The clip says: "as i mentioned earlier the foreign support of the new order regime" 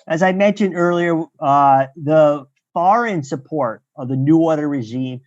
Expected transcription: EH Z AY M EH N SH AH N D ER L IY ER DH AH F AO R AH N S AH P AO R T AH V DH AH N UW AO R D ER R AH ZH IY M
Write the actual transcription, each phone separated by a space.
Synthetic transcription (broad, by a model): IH Z AY M EH N SH AH N D ER L IY ER DH AH F AO R AH N S AH P AO R T AH V DH AH N UW AO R D ER R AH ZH IY M